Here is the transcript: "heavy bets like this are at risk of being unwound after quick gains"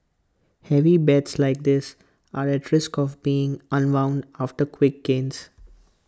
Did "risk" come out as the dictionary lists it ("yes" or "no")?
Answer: yes